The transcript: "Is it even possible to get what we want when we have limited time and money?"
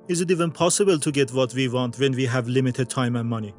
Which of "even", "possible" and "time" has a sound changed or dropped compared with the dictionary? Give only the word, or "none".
none